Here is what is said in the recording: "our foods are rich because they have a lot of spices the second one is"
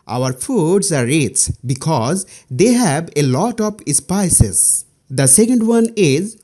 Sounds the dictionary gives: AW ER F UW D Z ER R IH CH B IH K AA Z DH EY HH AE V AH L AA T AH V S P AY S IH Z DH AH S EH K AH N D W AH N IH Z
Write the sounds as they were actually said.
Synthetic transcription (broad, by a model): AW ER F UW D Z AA R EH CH B IH K AA Z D EY HH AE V AH L AA T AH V S P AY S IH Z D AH S EH K AH N D W AH N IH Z